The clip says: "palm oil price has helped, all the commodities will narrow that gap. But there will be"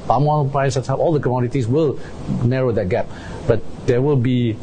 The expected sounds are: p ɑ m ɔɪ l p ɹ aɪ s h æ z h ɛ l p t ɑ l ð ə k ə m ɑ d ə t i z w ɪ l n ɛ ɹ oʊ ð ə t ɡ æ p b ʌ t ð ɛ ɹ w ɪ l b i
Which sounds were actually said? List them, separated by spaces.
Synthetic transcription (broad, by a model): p ɑ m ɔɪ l p ɹ aɪ s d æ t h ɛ p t ɑ l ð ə k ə m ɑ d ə t i s w ɪ l n ɛ ɹ oʊ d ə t ɡ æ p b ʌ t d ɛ w ɪ l b i